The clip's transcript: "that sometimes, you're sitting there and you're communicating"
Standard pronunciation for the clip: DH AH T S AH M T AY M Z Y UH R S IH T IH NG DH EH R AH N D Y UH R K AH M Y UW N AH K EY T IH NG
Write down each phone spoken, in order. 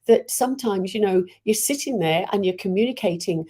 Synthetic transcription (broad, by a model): DH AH T S AH M T AY M Z Y UH R S IH T IH NG DH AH R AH N Y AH R K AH M Y UW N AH K EY T IH NG